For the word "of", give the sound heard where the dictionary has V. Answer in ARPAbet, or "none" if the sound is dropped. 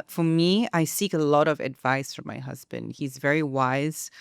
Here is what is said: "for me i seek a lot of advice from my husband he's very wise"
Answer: V